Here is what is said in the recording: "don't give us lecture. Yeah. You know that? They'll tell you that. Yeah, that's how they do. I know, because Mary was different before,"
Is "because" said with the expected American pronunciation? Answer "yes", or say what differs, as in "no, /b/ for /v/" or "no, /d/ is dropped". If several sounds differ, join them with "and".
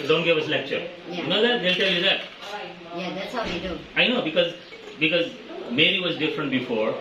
yes